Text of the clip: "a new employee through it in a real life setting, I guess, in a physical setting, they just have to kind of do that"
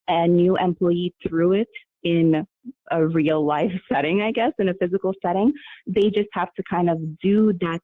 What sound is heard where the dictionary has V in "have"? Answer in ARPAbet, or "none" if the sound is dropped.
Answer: F